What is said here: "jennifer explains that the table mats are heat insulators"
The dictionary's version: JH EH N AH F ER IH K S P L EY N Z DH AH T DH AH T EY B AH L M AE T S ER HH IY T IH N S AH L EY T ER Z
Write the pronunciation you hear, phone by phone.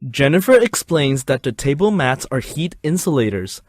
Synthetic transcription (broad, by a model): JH EH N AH F ER IH K S P L EY N Z DH AH T DH AH T EY B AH L M AE T S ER HH IY T IH N S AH L EY T ER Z